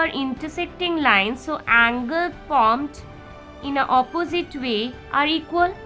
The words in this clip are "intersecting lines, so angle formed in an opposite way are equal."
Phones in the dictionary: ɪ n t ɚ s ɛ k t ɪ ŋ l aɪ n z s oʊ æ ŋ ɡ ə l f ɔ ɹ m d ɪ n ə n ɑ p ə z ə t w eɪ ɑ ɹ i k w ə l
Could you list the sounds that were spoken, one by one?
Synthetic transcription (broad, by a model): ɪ n t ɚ s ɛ k t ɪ ŋ l aɪ n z s oʊ æ ŋ ɡ ə l p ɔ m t ɪ n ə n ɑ p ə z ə t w eɪ ɑ ɹ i k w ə l